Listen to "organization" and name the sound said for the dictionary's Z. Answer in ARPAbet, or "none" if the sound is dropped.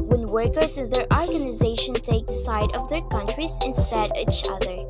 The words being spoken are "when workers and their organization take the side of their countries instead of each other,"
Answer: Z